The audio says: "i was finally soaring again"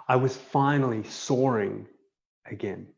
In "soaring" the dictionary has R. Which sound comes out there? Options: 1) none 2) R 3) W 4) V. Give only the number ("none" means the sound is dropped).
2